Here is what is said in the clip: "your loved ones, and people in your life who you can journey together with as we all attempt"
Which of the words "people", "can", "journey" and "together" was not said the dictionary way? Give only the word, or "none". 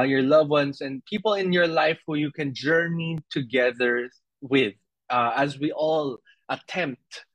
none